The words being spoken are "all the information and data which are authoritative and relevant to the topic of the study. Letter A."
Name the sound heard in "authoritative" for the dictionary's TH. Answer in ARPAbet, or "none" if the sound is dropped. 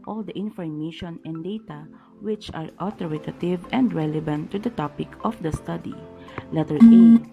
T